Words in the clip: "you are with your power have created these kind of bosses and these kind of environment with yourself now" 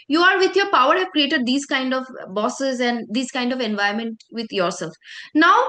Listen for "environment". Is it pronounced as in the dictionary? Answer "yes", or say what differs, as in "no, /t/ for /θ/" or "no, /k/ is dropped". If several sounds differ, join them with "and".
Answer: no, /ɹ/ is dropped